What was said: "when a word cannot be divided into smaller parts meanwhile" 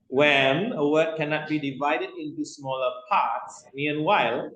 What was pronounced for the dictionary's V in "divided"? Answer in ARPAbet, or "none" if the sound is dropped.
V